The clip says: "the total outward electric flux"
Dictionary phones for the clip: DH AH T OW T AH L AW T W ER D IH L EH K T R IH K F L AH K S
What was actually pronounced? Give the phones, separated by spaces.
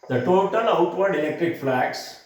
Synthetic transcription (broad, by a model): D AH T OW T AH L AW T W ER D IH L EH K T R IH K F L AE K S